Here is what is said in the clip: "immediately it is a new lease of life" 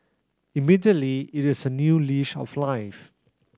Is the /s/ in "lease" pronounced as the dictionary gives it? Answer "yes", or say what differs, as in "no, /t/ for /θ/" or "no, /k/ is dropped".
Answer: no, /ʃ/ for /s/